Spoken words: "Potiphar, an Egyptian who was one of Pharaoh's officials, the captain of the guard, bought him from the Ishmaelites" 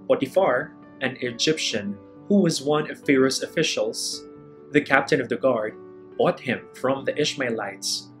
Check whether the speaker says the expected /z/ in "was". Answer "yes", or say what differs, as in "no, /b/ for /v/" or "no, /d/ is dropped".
yes